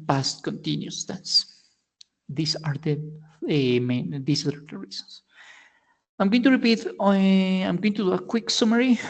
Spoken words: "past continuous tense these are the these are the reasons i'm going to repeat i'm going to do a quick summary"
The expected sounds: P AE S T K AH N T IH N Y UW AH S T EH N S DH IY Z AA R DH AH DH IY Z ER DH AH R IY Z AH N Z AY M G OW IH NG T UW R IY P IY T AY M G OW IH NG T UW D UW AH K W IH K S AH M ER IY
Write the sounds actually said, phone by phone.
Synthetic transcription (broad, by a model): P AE S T K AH N T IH N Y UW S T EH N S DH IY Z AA R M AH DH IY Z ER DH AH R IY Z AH N S AY M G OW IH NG T UW R IY P IY T AY M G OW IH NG T UW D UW AH K W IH K S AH M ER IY